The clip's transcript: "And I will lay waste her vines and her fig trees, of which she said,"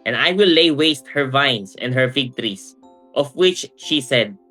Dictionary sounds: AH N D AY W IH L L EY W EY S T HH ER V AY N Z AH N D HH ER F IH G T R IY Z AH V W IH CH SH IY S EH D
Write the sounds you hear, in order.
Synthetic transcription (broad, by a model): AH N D AY W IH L L EY W EY S T HH ER V AY N S AH N D HH ER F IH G T R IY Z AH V W IH CH SH IY S EH D